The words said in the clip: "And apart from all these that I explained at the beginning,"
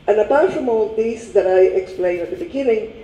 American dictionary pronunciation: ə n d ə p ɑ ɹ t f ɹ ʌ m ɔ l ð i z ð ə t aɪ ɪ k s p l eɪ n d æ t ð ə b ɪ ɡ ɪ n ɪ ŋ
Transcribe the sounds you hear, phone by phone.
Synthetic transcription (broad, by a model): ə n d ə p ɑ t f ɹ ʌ m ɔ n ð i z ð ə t aɪ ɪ k s p l eɪ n æ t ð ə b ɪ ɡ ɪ n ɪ ŋ